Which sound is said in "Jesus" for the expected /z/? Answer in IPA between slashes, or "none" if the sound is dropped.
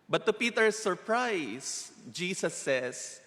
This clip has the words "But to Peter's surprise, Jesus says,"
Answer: /s/